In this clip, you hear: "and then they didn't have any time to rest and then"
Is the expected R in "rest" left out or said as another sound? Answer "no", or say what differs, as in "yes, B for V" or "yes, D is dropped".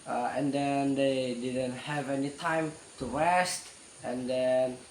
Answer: yes, W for R